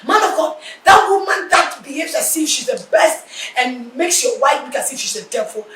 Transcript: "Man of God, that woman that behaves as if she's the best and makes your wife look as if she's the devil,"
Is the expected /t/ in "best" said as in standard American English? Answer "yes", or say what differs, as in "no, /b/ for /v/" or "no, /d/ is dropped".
yes